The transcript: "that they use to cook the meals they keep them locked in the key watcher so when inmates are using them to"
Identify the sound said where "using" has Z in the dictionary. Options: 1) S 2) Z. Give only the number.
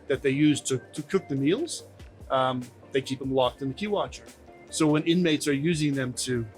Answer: 2